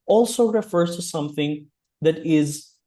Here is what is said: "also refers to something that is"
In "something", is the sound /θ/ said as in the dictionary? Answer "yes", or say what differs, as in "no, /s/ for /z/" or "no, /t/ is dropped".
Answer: yes